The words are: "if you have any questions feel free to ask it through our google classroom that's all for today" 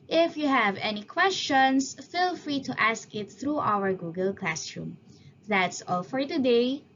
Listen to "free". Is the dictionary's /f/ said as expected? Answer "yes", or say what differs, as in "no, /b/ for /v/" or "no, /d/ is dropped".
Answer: yes